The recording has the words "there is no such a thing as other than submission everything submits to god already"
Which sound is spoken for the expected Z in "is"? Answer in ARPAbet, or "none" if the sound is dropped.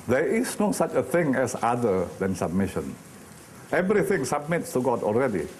S